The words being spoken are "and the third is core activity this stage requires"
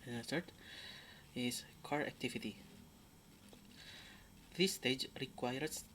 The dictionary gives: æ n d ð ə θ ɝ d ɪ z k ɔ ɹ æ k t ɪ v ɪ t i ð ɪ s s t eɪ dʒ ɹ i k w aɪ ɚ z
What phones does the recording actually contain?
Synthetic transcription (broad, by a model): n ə s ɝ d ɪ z k ɔ ɹ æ k t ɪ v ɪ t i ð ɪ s s t eɪ dʒ ɹ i k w aɪ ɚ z